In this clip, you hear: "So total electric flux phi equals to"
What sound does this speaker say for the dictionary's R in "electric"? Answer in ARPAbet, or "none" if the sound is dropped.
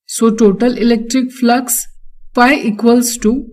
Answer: R